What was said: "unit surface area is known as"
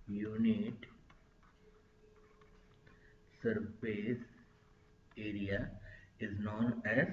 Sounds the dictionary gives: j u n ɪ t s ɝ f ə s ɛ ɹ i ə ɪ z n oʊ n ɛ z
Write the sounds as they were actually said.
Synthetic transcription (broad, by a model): j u n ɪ t s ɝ p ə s ɛ ɹ i ə ɪ z n oʊ n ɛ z